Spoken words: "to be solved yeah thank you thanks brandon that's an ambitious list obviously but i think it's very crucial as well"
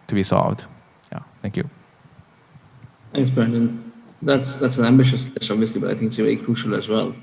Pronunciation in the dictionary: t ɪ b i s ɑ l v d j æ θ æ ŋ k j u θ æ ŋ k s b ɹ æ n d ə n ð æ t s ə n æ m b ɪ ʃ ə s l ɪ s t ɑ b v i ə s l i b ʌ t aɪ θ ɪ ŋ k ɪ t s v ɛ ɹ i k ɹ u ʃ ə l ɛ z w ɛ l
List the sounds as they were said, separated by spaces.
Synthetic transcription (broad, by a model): t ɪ b i s ɑ l v d j æ θ æ ŋ k j u θ æ ŋ k s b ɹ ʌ n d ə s ð æ t s ə n æ m b ɪ ʃ ə s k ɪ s ɑ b v i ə s l i b ʌ t aɪ θ ɪ ŋ k ɪ t s v ɛ ɹ i k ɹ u ʃ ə l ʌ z w ɛ l